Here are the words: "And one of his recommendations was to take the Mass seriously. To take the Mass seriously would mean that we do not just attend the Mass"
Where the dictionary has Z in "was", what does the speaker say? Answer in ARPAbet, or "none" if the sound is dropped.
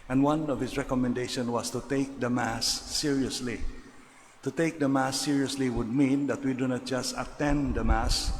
S